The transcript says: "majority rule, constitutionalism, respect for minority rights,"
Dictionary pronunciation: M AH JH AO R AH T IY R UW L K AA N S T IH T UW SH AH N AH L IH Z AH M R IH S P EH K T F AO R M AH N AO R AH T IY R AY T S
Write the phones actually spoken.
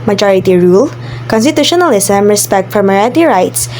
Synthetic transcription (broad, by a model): M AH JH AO R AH T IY R UW L K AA N S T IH T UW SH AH N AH L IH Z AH M R IH S P EH K T F AO R M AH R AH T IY R AY T S